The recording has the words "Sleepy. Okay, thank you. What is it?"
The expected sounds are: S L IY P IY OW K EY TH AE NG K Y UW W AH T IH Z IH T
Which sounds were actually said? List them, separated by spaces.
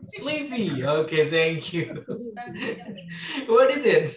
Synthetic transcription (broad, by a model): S L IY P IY OW K EY TH AE NG K Y UW W AH T IH Z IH T